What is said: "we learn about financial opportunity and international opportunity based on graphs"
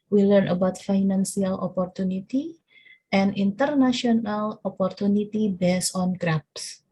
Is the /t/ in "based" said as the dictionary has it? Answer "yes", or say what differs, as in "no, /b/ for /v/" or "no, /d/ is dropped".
no, /t/ is dropped